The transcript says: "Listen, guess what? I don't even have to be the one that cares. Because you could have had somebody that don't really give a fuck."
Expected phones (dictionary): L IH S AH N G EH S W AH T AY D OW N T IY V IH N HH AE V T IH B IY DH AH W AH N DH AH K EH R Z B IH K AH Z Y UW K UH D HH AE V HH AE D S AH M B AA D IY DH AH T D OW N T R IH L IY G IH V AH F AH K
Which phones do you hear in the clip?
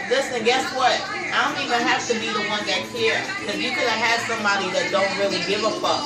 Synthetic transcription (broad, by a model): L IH S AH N G EH S W AH T AY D OW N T IY V IH N HH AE F T IH B IY DH AH W AH N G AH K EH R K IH AH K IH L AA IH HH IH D S AH M B AA D IY DH AH T D OW N T R IH L IY G IH V AH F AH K